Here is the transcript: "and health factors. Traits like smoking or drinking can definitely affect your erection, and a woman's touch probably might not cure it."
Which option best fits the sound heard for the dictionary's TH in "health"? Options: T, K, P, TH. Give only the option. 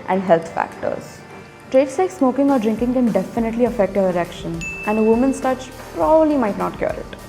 T